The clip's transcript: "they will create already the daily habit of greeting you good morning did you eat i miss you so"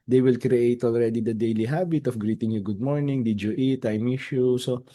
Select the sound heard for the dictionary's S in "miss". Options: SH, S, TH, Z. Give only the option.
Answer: SH